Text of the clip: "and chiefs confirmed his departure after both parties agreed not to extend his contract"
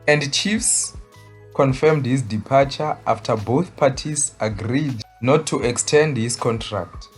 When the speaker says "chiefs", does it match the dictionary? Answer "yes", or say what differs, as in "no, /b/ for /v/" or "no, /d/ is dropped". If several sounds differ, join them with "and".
yes